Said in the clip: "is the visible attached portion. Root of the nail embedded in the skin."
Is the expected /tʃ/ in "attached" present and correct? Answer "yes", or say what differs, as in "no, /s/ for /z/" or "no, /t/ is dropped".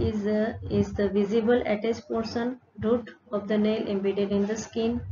no, /s/ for /tʃ/